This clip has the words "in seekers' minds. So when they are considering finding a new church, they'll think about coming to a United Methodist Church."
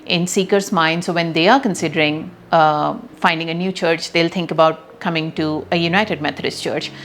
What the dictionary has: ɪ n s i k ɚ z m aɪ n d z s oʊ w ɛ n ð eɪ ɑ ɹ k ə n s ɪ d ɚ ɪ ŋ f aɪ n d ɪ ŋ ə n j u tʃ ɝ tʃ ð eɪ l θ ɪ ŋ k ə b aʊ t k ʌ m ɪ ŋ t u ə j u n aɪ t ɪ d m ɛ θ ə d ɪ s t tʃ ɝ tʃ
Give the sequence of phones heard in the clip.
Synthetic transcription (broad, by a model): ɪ n s i k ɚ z m aɪ n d s oʊ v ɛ n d eɪ ɑ ɹ k ə n s ɪ d ɚ ɪ ŋ f aɪ n d ɪ ŋ ə n j u tʃ ɝ tʃ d eɪ l t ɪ ŋ k ə b aʊ t k ʌ m ɪ ŋ t u ə j u n aɪ t ɪ d m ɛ t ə d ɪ s t tʃ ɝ tʃ